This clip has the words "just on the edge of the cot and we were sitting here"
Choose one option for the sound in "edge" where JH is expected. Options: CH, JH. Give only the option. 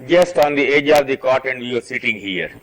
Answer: JH